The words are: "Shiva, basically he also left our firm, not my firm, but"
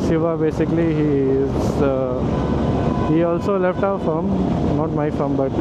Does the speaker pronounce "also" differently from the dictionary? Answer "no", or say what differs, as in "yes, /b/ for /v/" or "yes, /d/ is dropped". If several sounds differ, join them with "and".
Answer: no